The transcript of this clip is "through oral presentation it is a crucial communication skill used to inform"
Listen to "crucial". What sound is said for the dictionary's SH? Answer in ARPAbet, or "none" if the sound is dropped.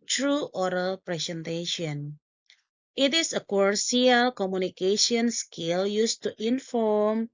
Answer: none